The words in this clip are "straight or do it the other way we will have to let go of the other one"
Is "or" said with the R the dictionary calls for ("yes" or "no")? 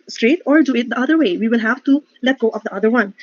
yes